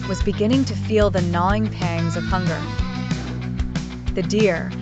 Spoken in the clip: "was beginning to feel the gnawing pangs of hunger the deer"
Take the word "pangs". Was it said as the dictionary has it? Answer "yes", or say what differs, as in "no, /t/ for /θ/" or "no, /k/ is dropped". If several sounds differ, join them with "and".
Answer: yes